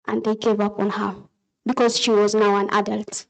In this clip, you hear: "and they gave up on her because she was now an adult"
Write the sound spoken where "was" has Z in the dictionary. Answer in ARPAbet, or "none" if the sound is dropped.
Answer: Z